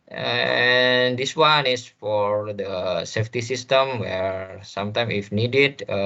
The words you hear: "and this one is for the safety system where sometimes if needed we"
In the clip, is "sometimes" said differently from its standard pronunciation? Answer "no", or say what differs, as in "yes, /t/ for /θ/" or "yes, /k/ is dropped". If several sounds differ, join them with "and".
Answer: yes, /z/ is dropped